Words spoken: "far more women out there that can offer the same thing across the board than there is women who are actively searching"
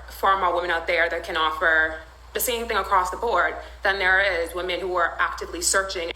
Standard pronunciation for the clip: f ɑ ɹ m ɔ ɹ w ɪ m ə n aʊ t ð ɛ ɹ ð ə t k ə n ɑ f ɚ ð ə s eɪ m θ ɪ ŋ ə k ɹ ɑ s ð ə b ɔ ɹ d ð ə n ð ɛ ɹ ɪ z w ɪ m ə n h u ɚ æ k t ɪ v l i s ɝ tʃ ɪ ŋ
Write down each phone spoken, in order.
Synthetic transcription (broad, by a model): f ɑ ɹ m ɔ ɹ w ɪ m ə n aʊ t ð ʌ ɹ ð ə t k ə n ɑ f ɚ ð ə s eɪ m θ ɪ ŋ ə k ɹ ɑ s ð ə b ɔ ɹ d ð ə n ð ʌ ɹ ɪ z w ɪ m ə n h u ɚ æ k t ɪ v l i s ɝ tʃ ɪ ŋ